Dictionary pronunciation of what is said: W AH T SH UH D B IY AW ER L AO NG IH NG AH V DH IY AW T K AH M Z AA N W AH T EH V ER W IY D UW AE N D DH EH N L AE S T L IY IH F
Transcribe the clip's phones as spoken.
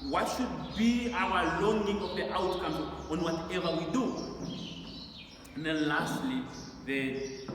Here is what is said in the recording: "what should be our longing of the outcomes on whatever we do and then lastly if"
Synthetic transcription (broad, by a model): W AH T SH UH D B IY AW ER L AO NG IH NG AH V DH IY AW T K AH M AA N W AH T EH V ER W IY D UW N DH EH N L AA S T L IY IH